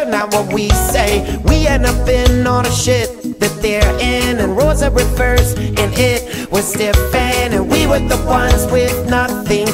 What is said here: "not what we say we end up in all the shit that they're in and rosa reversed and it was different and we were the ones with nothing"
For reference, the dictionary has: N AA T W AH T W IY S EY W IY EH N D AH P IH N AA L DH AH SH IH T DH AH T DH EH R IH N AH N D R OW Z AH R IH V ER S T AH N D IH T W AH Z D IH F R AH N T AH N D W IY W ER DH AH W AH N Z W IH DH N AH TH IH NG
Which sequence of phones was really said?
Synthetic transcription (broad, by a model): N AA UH W AH T W IY S EY W IY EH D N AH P IH N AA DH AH SH IH T DH AH T DH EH R IH N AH N R OW Z AH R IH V ER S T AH N IH T W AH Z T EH F AH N AH N W IY W ER DH AH W AH N Z W IH DH N AH TH IH NG